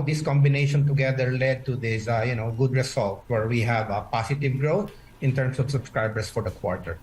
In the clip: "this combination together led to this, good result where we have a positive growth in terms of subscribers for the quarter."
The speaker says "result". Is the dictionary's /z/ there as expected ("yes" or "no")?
no